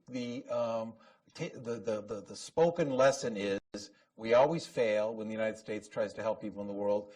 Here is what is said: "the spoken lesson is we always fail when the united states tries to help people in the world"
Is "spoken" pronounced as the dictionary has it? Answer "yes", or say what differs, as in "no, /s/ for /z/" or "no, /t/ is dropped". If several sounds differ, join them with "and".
yes